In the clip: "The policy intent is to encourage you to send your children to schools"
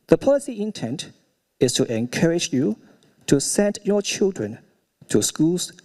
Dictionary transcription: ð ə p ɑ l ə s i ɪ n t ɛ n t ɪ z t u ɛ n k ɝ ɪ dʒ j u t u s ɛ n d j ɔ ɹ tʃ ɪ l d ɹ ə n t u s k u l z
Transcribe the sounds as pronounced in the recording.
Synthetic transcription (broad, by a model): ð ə p ɑ l ə s i ɪ n t ɛ n t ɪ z t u ɛ n k ɝ ɪ dʒ j u t u s ɛ n d j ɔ tʃ ɪ l d ɹ ə n t u s k u l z